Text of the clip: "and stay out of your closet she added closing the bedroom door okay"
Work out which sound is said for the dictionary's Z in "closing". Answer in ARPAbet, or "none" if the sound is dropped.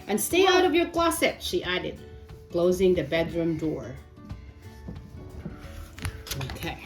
Z